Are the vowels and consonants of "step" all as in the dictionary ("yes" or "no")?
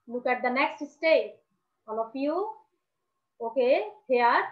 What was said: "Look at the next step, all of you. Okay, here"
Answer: no